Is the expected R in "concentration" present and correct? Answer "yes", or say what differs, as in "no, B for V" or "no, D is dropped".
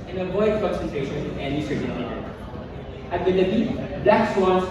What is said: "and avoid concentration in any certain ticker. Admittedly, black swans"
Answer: no, R is dropped